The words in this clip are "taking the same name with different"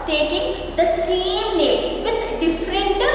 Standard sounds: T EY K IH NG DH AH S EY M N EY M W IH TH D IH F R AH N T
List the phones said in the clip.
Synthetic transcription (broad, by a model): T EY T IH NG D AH S EY M L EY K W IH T D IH F R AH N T